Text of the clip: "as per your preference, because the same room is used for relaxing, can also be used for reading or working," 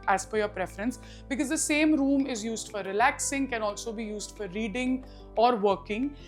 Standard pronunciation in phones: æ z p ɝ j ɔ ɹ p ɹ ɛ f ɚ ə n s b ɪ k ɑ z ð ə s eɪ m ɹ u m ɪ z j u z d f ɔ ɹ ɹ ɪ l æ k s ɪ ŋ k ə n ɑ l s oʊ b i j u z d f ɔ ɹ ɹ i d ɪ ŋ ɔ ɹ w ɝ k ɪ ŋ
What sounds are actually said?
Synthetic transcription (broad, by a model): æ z f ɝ j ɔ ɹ p ɹ ɛ f ɚ ə n s b ɪ k ɑ z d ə s eɪ m ɹ u m ɪ z j u z d f ɔ ɹ ɹ ɪ l æ k s ɪ ŋ k ə n ɑ l s oʊ b i j u z d f ɔ ɹ ɹ i d ɪ ŋ ɔ ɹ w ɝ k ɪ ŋ